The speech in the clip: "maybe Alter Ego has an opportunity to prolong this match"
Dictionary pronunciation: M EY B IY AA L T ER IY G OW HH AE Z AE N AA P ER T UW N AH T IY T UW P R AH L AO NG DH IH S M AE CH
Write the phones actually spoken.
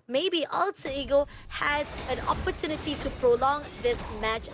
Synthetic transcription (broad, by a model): M EY B IY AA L S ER IY G OW HH AE Z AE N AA P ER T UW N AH T IY T UW P R AH L AO NG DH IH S M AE CH